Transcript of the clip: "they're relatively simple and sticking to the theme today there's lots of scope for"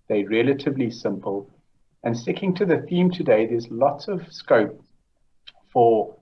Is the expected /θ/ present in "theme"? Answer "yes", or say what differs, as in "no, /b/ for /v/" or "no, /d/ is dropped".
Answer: yes